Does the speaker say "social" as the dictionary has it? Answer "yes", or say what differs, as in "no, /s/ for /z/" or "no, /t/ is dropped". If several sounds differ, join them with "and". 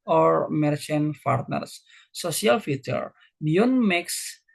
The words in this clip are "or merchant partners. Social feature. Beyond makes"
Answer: no, /ʃ/ is dropped